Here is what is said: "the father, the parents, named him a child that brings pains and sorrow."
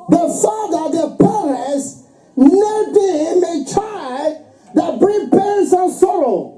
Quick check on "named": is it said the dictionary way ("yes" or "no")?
no